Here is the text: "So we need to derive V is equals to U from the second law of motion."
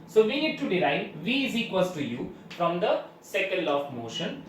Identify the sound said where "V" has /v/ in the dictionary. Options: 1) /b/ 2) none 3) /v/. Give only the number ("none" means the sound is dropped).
3